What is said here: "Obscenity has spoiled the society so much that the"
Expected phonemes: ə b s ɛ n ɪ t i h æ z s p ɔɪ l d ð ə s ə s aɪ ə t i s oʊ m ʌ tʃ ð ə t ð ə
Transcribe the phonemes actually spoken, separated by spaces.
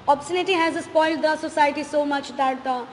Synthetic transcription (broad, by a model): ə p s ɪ n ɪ t i h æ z s p ɔɪ l d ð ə s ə s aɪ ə t i s oʊ m ʌ tʃ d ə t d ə